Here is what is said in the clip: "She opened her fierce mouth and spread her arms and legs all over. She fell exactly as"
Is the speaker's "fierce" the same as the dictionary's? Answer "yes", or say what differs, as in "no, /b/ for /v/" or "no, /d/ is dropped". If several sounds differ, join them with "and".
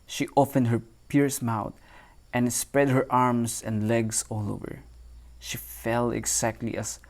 no, /p/ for /f/